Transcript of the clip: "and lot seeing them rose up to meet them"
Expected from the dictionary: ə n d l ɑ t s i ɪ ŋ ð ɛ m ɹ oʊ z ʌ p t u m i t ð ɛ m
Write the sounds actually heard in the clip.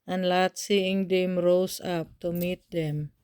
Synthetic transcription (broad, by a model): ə n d l ɑ t s i ɪ ŋ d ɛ m ɹ oʊ s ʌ p t u m i t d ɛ m